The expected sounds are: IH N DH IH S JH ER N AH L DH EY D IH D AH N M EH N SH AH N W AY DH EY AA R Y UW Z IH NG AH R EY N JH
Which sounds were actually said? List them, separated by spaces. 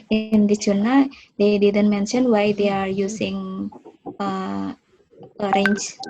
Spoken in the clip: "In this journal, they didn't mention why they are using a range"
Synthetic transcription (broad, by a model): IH N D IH JH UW N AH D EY D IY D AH N M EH N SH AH N W AY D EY AA R Y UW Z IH NG AH R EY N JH